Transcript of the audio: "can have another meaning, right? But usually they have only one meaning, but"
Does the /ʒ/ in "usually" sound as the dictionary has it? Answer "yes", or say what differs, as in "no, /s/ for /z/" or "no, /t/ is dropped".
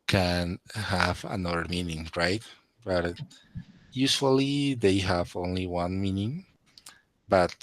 no, /s/ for /ʒ/